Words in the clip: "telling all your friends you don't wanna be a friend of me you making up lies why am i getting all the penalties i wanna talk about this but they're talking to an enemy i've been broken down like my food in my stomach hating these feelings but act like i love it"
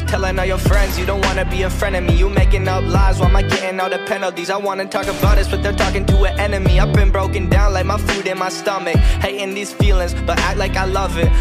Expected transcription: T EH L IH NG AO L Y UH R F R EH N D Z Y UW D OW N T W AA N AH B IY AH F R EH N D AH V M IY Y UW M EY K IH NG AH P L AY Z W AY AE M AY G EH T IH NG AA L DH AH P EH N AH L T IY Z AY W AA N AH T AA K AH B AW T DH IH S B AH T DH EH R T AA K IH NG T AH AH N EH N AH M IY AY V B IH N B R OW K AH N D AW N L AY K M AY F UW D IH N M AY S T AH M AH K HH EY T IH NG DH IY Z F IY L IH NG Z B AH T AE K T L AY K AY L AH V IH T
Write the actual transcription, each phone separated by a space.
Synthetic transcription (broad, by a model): T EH L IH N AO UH Y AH R F R EH N D Z Y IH D OW N T W AA N AH B IY AH F R EH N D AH M IY Y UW M EY K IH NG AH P L AY Z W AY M AY G EH T IH NG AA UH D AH P EH N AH L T IY Z AY W AA N AH T AA K AH B AW T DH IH S B AH T DH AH R T AA K IH NG T AH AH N EH N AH M IY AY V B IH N B R OW K AH N D AW N L AY K M AY F UW D IH N M AY S T AH M AH K HH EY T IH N DH IY Z F IY L IH NG Z B AH T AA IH L AY K AY L AH V IH T